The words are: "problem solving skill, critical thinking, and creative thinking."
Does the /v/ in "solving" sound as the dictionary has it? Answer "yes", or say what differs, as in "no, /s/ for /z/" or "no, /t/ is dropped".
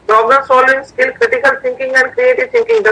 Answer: no, /v/ is dropped